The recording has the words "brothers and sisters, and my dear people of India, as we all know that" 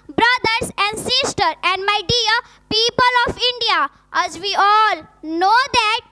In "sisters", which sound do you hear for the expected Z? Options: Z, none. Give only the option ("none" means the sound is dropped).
none